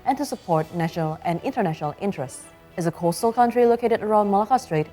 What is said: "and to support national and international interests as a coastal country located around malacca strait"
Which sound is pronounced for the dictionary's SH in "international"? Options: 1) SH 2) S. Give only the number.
1